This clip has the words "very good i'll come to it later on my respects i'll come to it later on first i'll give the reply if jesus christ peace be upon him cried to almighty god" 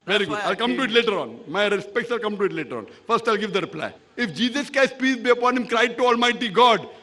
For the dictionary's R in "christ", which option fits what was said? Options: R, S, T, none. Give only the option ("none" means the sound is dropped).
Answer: none